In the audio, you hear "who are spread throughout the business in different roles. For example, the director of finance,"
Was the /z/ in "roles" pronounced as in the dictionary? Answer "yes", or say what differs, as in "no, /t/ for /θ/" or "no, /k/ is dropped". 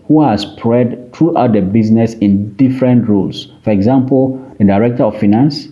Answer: no, /s/ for /z/